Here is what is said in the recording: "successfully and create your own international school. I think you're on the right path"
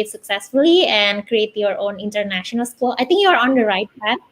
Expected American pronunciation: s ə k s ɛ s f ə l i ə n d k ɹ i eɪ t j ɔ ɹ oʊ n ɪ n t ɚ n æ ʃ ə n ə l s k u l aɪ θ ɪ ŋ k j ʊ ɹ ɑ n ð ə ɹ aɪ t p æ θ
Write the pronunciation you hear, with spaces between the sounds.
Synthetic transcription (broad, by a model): s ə k s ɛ s f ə l i ə n d k ɹ i eɪ t j ɔ ɹ oʊ n ɪ n t ɚ n æ ʃ ə n ə l s k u l aɪ t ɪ ŋ k j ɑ ɹ ɑ n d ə ɹ aɪ t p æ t